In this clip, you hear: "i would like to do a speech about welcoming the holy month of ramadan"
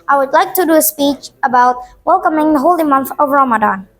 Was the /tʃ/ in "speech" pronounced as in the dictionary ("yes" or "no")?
yes